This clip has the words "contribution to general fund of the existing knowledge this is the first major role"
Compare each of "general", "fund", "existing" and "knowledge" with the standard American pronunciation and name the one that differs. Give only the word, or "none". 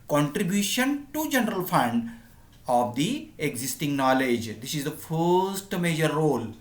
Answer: none